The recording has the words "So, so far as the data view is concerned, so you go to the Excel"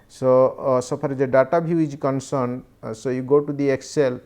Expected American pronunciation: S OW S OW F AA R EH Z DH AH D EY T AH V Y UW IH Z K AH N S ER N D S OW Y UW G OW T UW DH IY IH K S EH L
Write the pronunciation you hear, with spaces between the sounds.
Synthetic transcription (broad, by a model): S OW S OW P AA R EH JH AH D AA T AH B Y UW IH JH K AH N S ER N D S OW Y UW G OW T UW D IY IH K S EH L